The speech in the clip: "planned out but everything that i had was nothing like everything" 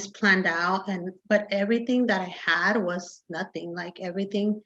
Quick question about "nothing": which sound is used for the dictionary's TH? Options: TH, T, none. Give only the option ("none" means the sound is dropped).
TH